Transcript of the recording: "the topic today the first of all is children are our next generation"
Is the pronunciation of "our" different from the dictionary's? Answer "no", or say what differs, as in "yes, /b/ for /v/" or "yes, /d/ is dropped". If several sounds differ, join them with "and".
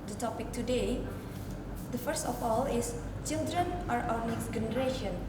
yes, /w/ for /ɹ/